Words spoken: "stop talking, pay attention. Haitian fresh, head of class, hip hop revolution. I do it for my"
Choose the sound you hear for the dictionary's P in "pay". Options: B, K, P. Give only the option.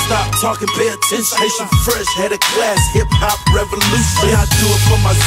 B